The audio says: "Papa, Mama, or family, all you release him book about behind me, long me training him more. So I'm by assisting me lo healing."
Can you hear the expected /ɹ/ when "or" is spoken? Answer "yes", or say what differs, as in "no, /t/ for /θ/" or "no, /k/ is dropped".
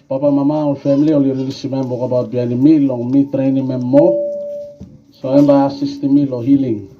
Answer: no, /l/ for /ɹ/